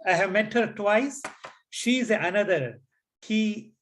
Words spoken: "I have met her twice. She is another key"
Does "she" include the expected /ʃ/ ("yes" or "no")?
yes